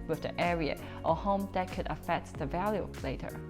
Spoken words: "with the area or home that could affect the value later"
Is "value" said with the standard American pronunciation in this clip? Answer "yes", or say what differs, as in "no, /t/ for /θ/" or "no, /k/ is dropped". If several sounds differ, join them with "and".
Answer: yes